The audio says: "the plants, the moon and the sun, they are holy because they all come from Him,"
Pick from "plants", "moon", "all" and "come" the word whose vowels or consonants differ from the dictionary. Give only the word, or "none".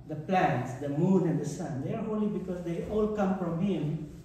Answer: none